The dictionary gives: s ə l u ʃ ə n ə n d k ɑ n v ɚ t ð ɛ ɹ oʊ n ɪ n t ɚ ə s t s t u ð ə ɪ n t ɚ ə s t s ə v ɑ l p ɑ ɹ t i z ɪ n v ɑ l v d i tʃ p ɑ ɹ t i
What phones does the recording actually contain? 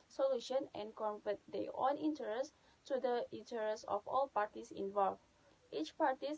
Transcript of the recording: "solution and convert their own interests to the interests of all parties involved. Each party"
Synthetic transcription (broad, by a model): s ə l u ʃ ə n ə n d k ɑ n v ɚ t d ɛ oʊ n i n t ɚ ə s s t u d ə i n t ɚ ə s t ə f ɑ l p ɑ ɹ t i s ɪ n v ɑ l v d i tʃ p ɑ ɹ t i